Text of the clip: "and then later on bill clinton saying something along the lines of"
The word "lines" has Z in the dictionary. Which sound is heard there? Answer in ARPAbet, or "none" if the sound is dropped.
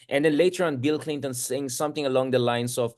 S